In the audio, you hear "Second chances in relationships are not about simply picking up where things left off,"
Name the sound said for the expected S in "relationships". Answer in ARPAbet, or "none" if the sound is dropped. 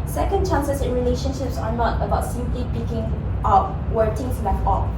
S